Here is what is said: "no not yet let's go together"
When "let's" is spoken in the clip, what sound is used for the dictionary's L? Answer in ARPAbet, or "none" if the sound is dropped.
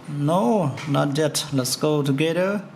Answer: L